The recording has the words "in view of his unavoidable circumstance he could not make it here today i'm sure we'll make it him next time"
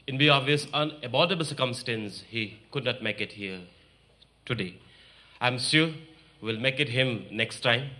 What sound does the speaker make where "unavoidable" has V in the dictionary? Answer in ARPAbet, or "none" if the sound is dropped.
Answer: B